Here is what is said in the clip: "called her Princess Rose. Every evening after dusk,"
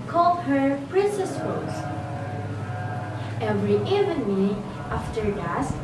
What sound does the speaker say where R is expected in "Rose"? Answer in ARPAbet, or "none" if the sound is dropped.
W